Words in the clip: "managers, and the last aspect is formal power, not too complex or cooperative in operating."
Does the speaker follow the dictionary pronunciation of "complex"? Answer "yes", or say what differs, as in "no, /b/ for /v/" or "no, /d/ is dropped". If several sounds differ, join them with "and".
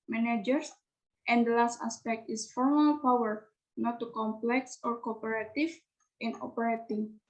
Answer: yes